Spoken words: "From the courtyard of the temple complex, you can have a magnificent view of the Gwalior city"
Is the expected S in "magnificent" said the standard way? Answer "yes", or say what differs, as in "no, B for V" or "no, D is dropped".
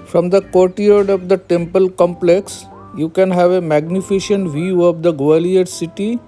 no, SH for S